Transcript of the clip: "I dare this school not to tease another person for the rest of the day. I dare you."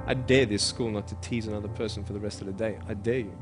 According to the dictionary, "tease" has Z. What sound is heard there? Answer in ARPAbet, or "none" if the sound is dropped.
Z